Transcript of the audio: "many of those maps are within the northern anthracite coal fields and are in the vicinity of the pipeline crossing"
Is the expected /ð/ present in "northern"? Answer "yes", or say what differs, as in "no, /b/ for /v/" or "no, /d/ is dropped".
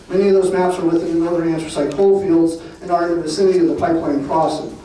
no, /ð/ is dropped